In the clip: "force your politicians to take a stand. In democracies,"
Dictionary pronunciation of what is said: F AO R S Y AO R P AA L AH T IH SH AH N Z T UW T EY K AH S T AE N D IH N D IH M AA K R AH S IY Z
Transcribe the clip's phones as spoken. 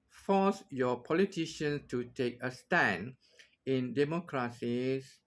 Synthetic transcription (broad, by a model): F AO S Y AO P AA L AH T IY SH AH N S T UW T EY K AH S T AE N IH N D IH M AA K R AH S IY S